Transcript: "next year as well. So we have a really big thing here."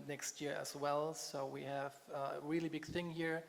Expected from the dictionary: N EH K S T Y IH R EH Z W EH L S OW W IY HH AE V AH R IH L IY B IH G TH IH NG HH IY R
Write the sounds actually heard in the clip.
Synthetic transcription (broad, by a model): N EH K S T Y IH R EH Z W EH L S OW W IY HH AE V AH R IH L IY B IH G TH IH NG HH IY R